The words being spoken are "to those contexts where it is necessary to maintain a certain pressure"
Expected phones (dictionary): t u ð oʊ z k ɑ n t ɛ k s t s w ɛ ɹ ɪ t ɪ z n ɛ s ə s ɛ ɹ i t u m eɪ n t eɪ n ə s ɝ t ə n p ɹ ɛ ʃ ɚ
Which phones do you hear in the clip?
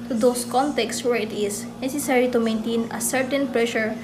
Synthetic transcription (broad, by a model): t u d oʊ s k ɑ n t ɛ k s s w ɛ ɹ ɪ t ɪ s n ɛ s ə s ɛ ɹ i t u m eɪ n t eɪ n ə s ɝ t ə n p ɹ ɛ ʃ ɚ